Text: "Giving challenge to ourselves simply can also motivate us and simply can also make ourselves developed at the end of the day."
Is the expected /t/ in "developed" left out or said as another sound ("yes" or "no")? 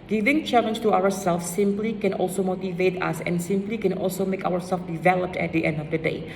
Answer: no